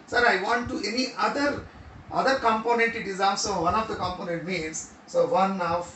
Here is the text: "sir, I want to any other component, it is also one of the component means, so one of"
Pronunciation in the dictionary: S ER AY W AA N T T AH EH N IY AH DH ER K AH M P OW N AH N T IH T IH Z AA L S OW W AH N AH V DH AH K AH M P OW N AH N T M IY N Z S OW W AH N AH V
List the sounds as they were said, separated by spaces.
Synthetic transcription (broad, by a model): S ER AY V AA N T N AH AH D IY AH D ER K AH M P OW N AH N T IH T IH Z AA S OW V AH N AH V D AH K AH M P OW N AH N T M IY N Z S OW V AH N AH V